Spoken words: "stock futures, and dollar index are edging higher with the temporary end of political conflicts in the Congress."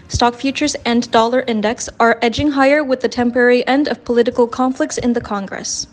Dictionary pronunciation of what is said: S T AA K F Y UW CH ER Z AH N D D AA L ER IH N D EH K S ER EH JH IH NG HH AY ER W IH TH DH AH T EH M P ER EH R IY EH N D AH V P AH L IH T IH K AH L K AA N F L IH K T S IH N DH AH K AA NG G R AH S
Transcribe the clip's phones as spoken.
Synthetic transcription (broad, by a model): S T AA K F Y UW CH ER Z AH N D D AA L ER IH N D EH K S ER EH JH IH NG HH AY ER W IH DH AH T EH M P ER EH R IY EH N D AH V P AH L IH T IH K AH L K AA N F L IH K T S IH N DH AH K AA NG G R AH S